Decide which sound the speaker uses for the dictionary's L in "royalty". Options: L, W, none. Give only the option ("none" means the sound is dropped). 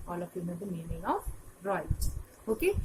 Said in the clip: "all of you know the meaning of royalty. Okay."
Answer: none